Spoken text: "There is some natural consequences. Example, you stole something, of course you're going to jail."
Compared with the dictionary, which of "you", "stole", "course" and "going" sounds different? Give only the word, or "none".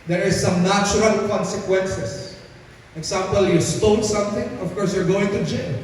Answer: stole